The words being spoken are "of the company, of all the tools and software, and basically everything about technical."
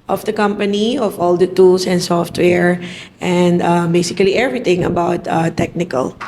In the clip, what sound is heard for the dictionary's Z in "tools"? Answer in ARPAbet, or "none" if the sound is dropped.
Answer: S